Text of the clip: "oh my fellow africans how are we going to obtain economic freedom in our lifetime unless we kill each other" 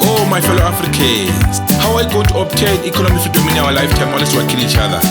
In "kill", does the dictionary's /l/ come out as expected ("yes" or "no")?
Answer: no